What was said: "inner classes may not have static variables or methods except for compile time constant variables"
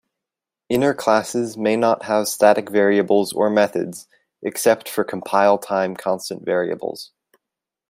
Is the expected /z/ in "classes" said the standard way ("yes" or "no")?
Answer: yes